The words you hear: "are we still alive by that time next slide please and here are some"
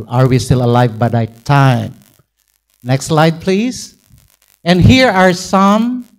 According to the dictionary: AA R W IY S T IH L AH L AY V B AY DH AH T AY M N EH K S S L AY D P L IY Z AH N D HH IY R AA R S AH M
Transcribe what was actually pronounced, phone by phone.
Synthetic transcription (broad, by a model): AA R W IY S T IH L AH L AY V B AY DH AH T AY M N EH K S S L AY D P L IY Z AH N D HH IY R AA R S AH M